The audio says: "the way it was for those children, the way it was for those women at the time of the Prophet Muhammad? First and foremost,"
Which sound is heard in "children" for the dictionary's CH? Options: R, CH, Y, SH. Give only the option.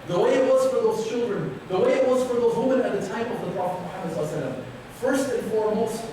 CH